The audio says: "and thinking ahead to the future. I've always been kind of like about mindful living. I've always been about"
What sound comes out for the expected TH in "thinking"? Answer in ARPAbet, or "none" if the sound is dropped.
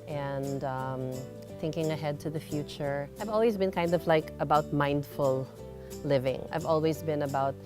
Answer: TH